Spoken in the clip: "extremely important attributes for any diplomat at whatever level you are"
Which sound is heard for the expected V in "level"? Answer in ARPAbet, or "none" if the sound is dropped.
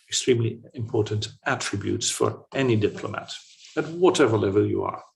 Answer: V